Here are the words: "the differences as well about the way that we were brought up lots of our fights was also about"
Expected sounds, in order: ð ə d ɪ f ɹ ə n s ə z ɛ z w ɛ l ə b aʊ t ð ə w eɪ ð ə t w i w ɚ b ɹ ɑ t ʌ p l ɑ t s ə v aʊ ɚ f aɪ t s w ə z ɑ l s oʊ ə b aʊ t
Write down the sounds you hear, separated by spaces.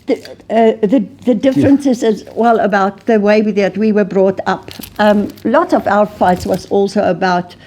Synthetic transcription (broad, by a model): ð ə d ɪ f ɹ ə n s ə z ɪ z w ɛ l ə b aʊ t ð ə w eɪ ð ə t w i w ɚ b ɹ ɑ t ʌ p l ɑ t ə v aʊ ɚ f aɪ t s w ə z ɑ l s oʊ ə b aʊ t